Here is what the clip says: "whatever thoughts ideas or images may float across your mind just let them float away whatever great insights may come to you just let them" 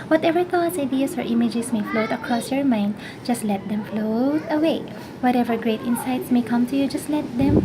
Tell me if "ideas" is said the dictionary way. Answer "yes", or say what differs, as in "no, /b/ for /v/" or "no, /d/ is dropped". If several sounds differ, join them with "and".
no, /s/ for /z/